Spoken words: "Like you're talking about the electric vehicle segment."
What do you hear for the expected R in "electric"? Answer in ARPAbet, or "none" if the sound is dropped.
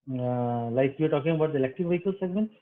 none